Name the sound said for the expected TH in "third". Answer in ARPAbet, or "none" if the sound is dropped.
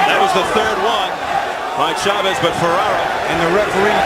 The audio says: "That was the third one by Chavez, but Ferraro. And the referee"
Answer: TH